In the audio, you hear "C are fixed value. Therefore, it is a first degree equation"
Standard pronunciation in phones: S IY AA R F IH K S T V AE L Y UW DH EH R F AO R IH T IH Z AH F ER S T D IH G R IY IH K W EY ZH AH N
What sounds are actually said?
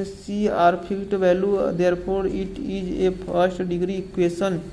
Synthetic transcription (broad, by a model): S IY AA R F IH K T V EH L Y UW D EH R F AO R IH T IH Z AH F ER S T D IH G R IY K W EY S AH N